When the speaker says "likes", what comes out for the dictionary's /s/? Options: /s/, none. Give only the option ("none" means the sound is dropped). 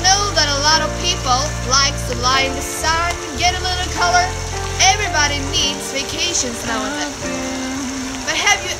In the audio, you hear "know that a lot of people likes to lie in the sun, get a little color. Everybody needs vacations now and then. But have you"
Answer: none